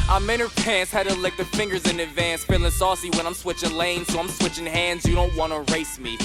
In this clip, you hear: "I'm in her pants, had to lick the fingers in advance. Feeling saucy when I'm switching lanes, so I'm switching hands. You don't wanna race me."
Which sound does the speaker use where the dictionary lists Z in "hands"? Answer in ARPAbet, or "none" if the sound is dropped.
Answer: Z